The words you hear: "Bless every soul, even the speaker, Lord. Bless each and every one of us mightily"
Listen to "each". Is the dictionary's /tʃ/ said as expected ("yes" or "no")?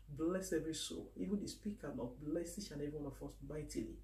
no